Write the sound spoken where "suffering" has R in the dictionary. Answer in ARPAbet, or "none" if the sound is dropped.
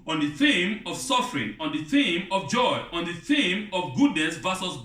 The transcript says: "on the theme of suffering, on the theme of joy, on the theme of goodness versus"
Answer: R